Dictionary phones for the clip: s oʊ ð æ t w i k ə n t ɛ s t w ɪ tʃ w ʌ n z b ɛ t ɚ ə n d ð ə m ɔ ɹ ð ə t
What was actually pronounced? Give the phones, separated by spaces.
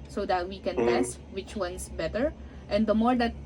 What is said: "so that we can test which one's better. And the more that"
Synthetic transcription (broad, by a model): s oʊ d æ t w i k ə n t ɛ s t w ɪ tʃ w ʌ n s b ɛ t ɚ ə n d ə m ɔ ɹ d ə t